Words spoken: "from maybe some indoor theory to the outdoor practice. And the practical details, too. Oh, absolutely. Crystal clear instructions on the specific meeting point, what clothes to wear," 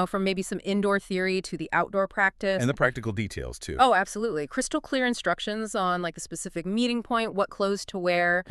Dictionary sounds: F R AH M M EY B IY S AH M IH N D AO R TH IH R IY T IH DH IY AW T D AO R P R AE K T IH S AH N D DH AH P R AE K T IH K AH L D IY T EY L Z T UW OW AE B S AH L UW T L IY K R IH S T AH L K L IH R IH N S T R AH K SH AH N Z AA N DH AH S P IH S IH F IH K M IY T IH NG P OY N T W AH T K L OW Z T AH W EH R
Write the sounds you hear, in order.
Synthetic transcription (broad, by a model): F R AH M M EY B IY S AH M IH N D AO R TH IH R IY T IH DH IY AW T D AO R P R AE K T IH S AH N DH AH P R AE K T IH K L D IY T EY L Z T UW OW AE B S AH L UW T L IY K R IH S T L K L IH R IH N S T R AH K SH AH N Z AA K DH AH S P IH S IH F IH K M IY T IH NG P OY N T W AH T K L OW Z T AH W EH R